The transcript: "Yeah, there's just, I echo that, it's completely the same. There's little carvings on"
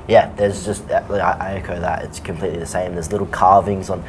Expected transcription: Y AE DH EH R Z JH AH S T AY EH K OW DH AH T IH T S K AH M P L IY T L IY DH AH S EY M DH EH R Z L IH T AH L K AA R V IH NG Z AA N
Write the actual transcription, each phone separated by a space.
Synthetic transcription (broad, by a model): Y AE DH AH R Z JH AH S T AY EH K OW DH AH T IH T S K AH M P L IY T L IY DH AH S EY M DH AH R Z L IH T L K AA R V IH NG Z N